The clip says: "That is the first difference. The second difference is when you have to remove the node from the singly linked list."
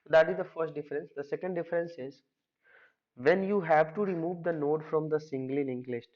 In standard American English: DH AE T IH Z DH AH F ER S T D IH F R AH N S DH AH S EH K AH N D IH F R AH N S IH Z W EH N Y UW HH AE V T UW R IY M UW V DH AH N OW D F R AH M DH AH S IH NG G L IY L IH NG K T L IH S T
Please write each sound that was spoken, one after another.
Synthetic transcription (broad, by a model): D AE T IH Z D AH F ER S T D IH F R AH N S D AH S EH K AH N D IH F R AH N S IH Z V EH N Y UW HH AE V T UW R IY M UW V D AH N OW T F R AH M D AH S IH NG G L IY N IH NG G L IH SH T